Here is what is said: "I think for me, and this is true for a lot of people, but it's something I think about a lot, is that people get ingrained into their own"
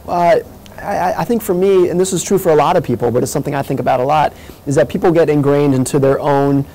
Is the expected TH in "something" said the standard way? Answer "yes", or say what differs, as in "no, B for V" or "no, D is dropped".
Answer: yes